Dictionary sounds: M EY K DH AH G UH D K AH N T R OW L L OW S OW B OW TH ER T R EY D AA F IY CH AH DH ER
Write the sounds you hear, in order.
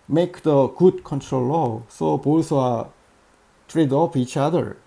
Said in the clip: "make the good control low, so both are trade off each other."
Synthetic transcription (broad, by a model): M EY K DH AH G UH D K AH N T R OW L L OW S OW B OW S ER T R EY D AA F IY CH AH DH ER